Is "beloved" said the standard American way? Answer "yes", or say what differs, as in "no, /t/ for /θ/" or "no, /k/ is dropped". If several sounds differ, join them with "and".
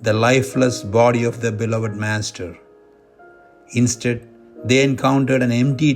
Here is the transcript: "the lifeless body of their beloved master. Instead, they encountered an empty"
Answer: yes